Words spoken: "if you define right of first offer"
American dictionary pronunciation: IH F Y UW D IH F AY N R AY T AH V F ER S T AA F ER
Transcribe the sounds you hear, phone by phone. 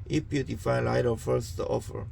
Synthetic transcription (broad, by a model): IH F Y UW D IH F AY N L AY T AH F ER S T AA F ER